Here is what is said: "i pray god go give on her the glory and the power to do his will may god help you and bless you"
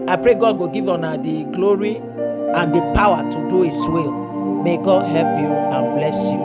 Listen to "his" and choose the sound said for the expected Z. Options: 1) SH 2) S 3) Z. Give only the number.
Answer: 2